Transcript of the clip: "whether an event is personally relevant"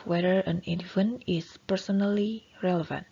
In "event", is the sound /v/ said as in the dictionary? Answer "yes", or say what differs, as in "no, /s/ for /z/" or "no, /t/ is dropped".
no, /f/ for /v/